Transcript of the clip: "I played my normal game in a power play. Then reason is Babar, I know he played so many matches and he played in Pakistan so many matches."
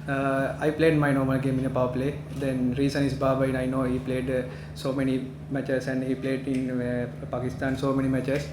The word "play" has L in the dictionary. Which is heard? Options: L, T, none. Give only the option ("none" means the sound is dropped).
L